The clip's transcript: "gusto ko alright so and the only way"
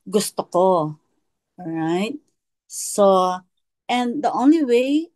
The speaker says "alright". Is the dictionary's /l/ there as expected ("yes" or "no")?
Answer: no